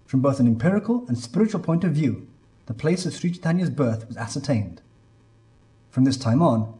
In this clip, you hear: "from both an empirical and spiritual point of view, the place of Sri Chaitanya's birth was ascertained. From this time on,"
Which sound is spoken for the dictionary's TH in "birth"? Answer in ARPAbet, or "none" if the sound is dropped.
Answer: TH